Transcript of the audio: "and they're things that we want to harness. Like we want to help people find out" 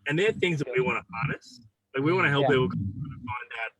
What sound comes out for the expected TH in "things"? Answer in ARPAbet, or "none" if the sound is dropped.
TH